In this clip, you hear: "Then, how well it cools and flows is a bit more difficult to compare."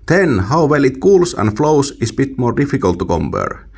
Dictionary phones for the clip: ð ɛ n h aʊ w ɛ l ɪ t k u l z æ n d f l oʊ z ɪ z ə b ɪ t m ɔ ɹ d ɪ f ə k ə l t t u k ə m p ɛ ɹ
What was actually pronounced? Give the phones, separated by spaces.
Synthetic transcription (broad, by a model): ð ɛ n h aʊ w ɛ l ɪ t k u l s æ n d f l oʊ s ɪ s ə b ɪ t m ɔ ɹ d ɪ f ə k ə l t t u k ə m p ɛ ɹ